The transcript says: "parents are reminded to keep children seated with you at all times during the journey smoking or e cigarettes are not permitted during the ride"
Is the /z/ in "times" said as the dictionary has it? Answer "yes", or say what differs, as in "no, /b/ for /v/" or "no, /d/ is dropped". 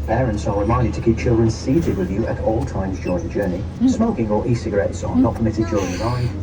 yes